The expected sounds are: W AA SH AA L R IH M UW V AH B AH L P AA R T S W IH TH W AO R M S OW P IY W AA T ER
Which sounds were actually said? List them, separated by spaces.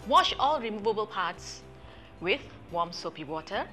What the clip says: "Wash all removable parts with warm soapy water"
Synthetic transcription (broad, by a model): W AA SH AA L R IH M UW V AH B AH L P AA T S W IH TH W AO M S OW P IY W AA T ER